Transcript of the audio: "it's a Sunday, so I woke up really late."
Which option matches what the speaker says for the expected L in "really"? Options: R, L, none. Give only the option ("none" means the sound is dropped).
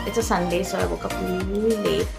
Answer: none